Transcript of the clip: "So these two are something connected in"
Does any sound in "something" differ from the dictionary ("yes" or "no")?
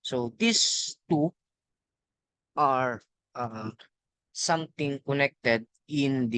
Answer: yes